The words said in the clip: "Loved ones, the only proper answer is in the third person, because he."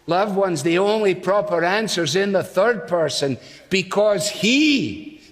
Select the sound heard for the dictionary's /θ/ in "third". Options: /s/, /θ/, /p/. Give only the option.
/θ/